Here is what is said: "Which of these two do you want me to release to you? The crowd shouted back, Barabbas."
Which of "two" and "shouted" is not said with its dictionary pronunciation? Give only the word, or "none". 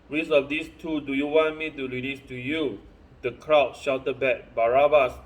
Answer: none